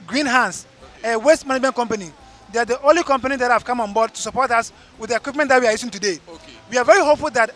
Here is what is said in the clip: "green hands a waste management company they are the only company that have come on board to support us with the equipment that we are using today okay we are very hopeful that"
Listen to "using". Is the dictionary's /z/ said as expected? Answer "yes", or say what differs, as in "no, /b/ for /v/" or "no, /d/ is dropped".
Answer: no, /s/ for /z/